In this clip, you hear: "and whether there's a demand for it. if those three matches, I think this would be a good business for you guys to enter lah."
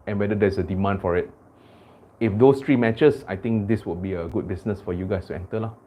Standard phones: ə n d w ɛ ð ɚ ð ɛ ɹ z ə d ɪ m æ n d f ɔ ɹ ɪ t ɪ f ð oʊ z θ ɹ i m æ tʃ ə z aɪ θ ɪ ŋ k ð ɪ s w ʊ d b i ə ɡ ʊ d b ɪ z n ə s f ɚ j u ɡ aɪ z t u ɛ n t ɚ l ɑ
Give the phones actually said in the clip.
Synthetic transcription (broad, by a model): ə n w ɛ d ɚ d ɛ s ə d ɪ m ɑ n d f ɔ ɹ ɪ t ɪ f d oʊ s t ɹ i m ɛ tʃ ə s aɪ t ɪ ŋ k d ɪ s w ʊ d b i ə ɡ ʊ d b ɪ s n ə s f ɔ j u ɡ aɪ s t u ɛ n t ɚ l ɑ